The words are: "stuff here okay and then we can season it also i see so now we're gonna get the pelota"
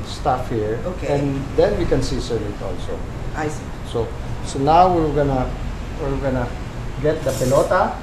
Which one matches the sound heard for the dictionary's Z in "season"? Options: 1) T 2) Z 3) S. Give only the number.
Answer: 3